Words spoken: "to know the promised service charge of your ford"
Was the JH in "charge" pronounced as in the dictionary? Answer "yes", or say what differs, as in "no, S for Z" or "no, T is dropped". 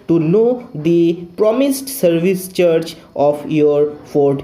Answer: no, CH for JH